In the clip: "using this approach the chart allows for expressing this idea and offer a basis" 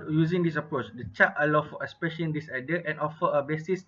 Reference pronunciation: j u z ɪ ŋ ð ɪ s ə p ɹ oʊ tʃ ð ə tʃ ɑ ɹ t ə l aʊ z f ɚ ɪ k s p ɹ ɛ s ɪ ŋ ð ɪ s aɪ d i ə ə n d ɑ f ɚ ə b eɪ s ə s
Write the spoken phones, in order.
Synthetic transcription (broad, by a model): j u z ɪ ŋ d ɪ s ə p ɹ oʊ tʃ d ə tʃ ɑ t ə l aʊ f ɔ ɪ s p ɛ ʃ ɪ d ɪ s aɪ d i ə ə n ɑ f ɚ ə b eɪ s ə s